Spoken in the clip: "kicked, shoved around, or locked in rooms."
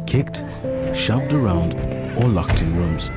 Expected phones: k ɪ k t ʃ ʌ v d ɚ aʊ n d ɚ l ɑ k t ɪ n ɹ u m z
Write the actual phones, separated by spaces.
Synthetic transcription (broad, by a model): k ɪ k t ʃ ʌ v d ɚ aʊ n d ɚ l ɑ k t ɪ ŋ ɹ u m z